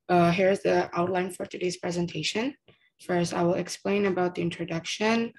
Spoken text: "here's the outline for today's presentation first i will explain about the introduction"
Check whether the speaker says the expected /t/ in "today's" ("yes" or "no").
yes